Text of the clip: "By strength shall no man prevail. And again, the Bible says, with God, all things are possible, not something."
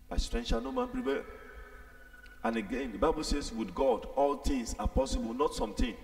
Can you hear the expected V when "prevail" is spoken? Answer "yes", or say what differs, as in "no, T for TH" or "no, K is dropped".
no, P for V